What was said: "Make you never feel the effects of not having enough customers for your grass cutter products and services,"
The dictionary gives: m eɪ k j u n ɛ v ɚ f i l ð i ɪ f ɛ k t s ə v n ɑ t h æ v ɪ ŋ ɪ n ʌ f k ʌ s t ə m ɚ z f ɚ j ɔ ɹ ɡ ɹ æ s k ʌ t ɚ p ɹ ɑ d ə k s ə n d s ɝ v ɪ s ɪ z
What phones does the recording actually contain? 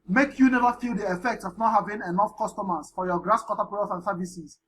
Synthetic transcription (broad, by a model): m eɪ k j u n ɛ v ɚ f i l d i ɪ f ɛ k t s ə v n ɑ t h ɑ v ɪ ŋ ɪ n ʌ f k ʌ s t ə m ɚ s f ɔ j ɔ ɡ ɹ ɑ s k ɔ t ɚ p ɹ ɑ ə s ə n s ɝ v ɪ s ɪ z